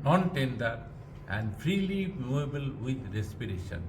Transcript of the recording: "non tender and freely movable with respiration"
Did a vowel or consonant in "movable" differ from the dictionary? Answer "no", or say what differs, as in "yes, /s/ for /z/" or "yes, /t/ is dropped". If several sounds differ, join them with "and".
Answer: yes, /v/ is dropped